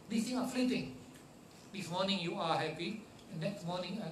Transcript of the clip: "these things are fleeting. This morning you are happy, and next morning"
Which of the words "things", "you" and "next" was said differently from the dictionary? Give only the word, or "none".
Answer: things